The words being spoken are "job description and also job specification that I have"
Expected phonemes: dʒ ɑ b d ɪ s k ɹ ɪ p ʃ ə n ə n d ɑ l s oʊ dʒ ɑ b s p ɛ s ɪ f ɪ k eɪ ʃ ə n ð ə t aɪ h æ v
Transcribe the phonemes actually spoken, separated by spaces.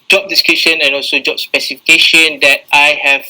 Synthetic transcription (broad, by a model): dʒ ɑ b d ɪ s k ɪ ʃ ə n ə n ɑ l s oʊ dʒ ɑ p s p ɛ s ɪ f ɪ k eɪ ʃ ə n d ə t aɪ h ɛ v